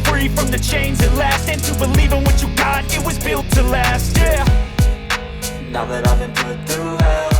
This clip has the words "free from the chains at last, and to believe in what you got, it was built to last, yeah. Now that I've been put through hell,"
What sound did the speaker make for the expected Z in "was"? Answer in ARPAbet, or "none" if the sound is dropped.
Z